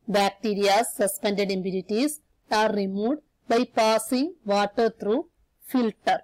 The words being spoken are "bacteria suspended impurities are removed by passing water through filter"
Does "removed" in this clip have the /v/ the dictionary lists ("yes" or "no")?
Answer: no